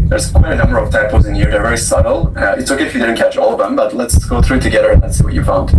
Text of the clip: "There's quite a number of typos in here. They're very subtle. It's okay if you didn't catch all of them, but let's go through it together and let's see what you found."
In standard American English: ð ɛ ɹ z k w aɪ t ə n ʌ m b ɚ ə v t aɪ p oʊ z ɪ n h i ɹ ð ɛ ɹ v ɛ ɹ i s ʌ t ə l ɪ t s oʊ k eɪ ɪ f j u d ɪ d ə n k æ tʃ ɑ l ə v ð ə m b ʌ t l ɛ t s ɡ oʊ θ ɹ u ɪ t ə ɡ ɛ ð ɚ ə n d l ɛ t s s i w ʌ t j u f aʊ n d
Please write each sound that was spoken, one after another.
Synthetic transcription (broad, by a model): ð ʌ ɹ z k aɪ ə n ʌ m b ɚ ə v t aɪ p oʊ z ɪ n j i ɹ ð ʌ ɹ v ɛ ɹ i s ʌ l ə ɪ t s oʊ k eɪ ɪ f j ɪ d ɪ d n k æ tʃ ɑ l ə v ð ə m b ʌ t l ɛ t s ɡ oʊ θ ɹ u t ə ɡ ɛ ð ɚ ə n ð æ t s s i w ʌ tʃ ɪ f aʊ n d